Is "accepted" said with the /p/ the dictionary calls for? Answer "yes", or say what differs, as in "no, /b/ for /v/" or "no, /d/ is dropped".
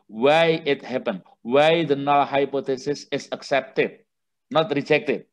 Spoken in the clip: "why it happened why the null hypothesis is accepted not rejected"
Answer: yes